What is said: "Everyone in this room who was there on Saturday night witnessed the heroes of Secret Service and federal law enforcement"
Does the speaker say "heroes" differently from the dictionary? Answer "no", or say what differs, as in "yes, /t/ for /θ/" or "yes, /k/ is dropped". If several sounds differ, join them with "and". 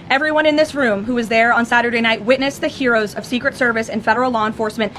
no